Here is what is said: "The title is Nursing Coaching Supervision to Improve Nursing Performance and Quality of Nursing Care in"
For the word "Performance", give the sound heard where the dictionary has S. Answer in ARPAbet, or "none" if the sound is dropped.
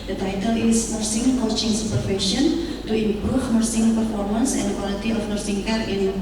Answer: S